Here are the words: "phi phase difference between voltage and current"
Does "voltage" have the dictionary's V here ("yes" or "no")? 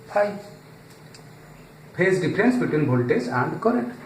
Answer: no